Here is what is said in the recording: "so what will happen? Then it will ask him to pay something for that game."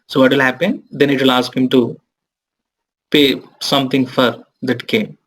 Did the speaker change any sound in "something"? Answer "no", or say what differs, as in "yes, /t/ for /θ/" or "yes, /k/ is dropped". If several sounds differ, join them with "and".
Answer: yes, /t/ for /θ/